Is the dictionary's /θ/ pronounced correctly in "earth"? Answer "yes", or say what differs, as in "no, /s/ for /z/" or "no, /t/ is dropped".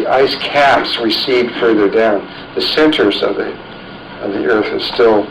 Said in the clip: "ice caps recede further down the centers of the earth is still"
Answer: yes